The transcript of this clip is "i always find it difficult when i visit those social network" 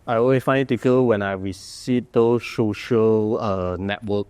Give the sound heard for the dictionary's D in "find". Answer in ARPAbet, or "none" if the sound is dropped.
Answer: none